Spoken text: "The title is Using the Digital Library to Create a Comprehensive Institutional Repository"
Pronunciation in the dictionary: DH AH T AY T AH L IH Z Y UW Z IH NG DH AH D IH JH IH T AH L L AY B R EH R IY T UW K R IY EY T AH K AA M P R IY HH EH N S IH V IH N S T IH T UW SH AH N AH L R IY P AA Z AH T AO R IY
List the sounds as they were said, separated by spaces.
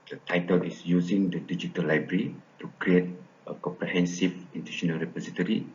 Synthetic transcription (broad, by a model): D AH T AY T AH L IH S Y UW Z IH NG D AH D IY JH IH T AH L L AY B R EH R IY T UW K R IY EY T AH K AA M P R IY HH EH N S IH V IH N T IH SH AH N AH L R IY P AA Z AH T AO R IY